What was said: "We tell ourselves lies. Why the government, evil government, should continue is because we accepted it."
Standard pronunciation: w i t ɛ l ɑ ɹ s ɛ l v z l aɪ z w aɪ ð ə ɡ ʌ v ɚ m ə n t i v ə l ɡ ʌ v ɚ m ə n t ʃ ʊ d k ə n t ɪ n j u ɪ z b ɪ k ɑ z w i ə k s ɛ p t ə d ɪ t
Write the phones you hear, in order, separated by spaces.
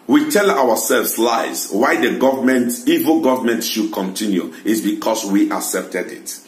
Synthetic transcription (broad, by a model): w i t ɛ l ɑ w s ɛ l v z l aɪ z w aɪ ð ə ɡ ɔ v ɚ m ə n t i v ə l ɡ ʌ v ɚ m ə n t ʃ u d k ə n t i n j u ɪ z b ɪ k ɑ s w i ə k s ɛ p t ə d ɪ t